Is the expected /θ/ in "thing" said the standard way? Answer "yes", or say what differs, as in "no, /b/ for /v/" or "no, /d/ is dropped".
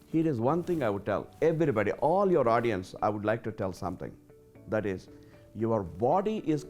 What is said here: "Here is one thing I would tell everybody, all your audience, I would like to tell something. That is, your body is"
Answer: no, /t/ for /θ/